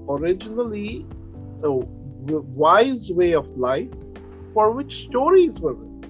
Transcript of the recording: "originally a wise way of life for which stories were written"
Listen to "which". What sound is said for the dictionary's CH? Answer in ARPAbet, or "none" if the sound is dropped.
CH